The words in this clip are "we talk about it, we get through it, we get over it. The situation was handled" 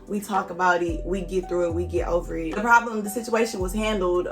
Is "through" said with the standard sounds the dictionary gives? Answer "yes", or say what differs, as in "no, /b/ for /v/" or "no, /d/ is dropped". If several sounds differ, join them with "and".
yes